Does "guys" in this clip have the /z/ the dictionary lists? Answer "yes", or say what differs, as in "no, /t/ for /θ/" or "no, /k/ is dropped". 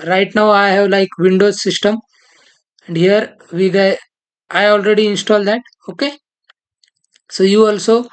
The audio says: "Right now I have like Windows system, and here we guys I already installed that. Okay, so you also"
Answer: no, /z/ is dropped